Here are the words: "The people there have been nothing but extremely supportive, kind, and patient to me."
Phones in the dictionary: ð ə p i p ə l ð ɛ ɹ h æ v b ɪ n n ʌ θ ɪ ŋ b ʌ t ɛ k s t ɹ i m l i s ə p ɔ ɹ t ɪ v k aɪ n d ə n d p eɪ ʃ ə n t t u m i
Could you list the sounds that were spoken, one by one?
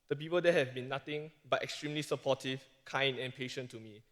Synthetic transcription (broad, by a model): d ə p i p ə l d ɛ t h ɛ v b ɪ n n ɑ t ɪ ŋ b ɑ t ɛ k s t ɹ i m l i s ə p ɔ t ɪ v k aɪ n d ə n p eɪ ʃ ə n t t u m i